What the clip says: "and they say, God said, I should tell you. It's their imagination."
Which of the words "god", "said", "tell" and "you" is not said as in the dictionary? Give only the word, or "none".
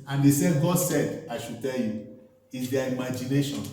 none